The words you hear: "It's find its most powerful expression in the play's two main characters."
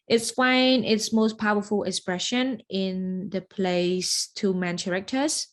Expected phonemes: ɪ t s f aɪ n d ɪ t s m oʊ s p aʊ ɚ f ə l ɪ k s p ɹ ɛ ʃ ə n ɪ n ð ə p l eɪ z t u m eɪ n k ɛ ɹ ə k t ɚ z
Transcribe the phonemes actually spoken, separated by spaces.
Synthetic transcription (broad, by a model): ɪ t s f aɪ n ɪ t s m oʊ s p aʊ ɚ f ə l ɪ k s p ɹ ɛ ʃ ə n ɪ n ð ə p l eɪ s t u m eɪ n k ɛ ɹ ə k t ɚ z